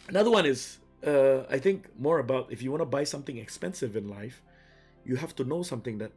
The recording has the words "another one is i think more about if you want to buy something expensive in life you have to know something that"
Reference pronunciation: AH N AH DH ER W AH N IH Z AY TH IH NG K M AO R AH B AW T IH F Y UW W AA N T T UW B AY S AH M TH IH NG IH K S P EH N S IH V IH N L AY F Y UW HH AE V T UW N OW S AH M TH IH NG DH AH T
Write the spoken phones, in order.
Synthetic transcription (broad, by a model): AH N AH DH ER W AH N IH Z AY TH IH NG K M AO R AH B AW T IH F Y UW W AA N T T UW B AY S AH M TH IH NG IH K S P EH N S IH V IH N L AY F Y UW HH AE F T UW N OW S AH M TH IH NG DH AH T